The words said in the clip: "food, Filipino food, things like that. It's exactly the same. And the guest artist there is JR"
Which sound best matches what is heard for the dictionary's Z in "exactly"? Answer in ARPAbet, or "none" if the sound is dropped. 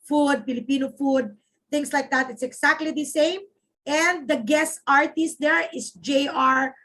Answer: S